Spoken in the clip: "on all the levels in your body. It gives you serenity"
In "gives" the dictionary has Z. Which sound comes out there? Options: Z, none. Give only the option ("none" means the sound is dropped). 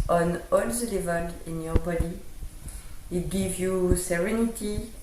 none